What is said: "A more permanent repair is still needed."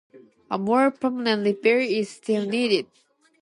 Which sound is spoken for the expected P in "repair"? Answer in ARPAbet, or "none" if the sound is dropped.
B